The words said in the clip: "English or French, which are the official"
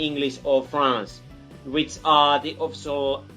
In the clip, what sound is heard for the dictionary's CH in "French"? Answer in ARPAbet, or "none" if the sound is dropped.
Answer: S